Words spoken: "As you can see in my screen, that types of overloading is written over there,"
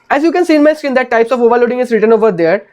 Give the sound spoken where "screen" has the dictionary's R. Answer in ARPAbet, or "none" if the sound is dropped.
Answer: none